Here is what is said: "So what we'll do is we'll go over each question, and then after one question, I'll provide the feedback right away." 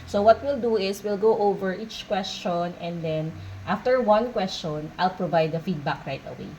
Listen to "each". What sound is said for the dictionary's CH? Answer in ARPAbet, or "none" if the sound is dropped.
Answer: CH